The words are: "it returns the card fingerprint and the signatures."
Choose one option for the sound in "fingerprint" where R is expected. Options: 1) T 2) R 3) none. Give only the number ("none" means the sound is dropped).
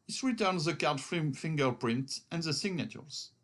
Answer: 2